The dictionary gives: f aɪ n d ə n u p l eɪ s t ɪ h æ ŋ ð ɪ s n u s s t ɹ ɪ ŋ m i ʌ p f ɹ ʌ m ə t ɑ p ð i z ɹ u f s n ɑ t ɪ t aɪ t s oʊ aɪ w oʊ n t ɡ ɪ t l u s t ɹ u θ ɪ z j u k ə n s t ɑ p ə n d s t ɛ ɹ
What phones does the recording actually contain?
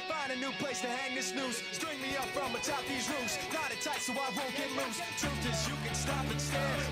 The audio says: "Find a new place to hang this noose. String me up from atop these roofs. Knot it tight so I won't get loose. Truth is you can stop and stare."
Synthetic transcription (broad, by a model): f aɪ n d ə n u p l eɪ s t ɪ h æ ŋ ð ɪ s n u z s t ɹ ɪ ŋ m i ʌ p f ɹ ʌ m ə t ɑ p ð i z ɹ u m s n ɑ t ɪ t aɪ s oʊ aɪ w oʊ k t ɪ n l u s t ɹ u t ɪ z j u k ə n s t ɑ p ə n s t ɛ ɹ